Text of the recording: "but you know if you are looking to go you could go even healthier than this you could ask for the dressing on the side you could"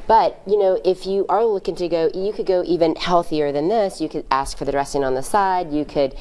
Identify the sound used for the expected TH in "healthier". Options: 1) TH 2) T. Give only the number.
1